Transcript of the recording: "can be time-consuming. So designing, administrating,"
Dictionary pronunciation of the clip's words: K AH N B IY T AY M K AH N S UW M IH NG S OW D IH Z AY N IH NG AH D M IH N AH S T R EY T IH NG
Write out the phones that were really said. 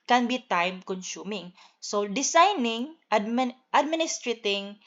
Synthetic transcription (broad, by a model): K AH N B IY T AY M K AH N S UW M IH NG S OW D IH S AY N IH NG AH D M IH N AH S T R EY T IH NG